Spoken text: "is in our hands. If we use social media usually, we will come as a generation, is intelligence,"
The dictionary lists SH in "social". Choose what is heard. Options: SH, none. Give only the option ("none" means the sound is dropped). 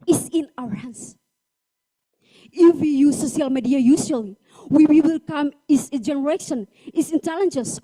none